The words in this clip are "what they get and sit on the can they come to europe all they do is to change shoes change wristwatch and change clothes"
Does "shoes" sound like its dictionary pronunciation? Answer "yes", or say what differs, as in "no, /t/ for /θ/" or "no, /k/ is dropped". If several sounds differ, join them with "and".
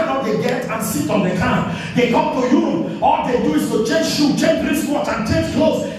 no, /z/ is dropped